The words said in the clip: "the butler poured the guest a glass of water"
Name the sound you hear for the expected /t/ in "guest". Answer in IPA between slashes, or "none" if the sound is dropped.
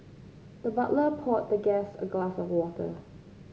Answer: none